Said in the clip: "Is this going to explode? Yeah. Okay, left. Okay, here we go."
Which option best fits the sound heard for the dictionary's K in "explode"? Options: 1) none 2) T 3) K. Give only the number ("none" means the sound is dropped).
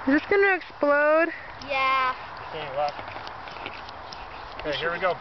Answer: 3